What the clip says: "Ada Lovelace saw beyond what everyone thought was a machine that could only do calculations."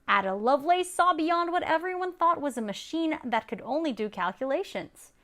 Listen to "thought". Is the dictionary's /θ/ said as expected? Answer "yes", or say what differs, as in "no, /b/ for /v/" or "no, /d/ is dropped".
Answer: yes